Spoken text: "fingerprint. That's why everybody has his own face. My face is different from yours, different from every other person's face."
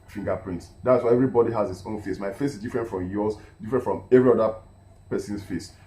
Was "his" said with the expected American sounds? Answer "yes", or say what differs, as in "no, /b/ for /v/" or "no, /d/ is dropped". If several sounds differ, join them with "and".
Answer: no, /s/ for /z/